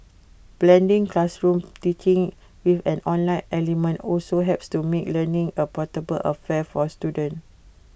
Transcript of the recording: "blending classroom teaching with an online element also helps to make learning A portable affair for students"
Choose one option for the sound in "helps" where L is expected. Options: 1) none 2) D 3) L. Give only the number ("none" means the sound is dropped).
1